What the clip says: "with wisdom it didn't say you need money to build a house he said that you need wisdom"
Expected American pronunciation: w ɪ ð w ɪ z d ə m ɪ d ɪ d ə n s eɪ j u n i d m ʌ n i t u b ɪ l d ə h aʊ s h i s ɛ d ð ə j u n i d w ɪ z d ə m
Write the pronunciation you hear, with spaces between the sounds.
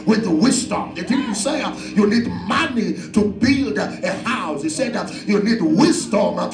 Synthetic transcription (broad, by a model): w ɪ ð w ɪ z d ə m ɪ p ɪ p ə l s eɪ j u n i d m ʌ n i t u b ɪ l d ə h aʊ s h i s ɛ d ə j u n i d w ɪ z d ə m